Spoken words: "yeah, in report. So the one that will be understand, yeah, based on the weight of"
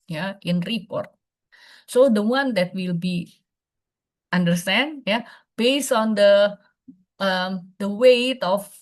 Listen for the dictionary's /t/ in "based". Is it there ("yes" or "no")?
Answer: no